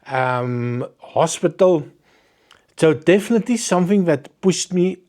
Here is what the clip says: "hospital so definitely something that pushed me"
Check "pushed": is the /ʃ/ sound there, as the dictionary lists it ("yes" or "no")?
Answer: no